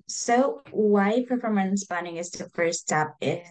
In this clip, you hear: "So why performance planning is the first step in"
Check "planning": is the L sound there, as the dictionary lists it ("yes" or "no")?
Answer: no